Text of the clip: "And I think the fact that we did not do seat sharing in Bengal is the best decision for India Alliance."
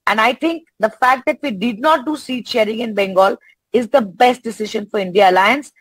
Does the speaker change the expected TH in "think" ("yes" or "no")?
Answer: yes